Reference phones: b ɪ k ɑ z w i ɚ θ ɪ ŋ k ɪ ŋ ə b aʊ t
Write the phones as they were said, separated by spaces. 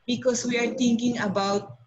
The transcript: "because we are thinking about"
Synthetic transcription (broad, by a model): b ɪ k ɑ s w i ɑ t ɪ ŋ k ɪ ŋ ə b aʊ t